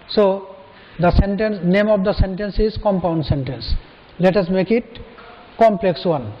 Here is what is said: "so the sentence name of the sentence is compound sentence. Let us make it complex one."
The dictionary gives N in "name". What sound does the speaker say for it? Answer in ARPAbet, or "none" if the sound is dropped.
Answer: N